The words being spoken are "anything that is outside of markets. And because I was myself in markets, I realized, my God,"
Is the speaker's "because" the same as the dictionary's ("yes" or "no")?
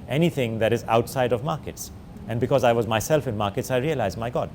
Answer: yes